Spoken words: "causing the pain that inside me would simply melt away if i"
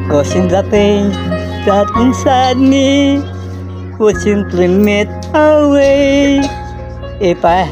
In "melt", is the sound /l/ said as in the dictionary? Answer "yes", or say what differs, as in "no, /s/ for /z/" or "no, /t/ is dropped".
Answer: no, /l/ is dropped